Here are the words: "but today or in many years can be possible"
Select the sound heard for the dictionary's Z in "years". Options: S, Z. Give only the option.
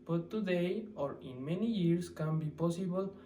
S